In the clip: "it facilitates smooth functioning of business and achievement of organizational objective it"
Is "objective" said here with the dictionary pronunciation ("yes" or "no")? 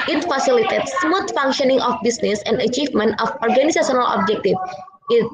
no